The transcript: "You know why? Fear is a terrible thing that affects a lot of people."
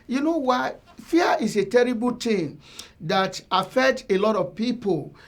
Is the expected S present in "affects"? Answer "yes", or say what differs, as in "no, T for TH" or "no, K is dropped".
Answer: no, S is dropped